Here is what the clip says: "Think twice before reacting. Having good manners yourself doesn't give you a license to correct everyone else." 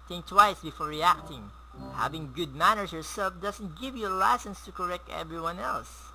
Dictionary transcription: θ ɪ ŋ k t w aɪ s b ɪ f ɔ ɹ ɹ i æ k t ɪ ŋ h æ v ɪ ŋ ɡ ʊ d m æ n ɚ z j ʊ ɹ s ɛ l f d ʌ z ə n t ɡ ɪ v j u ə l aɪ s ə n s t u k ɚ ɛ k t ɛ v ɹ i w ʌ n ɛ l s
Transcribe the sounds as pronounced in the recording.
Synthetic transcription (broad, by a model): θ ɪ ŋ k t w aɪ s b ɪ f ɔ ɹ ɹ i æ k t ɪ ŋ h æ v ɪ ŋ ɡ ʊ d m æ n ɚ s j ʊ ɹ s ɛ l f d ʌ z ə n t ɡ ɪ v j u ə l aɪ s ə n s t u k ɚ ɛ k t ɛ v ɹ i w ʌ n ɛ l s